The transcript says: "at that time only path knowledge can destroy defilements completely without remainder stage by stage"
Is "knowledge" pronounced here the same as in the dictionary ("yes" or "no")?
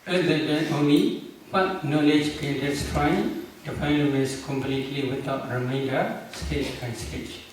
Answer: yes